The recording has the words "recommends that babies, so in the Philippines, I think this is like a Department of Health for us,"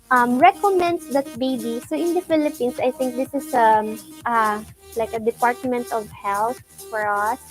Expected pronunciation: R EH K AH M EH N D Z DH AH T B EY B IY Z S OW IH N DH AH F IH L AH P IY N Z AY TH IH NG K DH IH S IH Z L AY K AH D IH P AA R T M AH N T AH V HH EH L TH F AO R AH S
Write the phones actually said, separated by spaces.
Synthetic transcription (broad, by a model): R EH K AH M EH N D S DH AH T B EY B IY S OW IH N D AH F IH L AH P IY N S AY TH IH NG K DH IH S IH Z L AY K AH D IH P AA R T M AH N T AH V HH EH L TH F AO R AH S